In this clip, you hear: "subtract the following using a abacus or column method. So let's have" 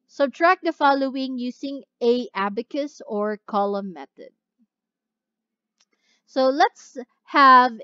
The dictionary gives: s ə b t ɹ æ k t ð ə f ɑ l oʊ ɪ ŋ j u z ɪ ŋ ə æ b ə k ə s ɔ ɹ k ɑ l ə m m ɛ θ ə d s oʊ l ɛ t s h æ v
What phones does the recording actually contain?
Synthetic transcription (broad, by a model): s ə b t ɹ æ k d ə f ɑ l oʊ ɪ ŋ j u s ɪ ŋ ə æ b ə k ə s ɔ ɹ k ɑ l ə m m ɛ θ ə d s oʊ l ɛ t s h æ v